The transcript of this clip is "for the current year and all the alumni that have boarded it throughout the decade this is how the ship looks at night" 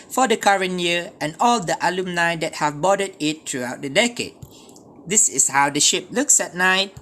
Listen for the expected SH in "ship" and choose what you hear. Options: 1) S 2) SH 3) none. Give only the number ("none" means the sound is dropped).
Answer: 2